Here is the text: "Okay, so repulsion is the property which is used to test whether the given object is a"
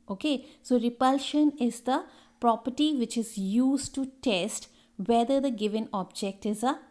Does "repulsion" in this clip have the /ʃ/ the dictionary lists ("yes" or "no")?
yes